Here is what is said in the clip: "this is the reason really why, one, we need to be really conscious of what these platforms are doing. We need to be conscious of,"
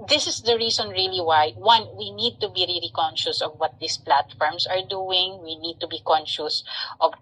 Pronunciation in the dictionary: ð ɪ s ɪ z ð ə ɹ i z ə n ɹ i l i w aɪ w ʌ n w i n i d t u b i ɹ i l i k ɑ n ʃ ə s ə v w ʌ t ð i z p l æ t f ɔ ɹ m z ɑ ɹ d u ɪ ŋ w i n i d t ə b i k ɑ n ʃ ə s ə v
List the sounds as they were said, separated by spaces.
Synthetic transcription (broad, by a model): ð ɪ s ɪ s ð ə ɹ i s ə n ɹ i l i w aɪ w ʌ n w i n i d t u b i ɹ i l i k ɑ n ʃ ə s ə v w ʌ t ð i s p l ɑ t f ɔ ɹ m s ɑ ɹ d u ɪ ŋ w i n i d t ə b i k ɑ n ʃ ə s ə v